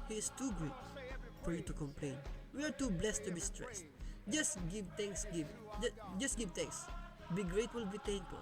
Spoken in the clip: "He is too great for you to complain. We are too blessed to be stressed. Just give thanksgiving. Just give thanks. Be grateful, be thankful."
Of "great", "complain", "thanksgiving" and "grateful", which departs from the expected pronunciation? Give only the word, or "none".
thanksgiving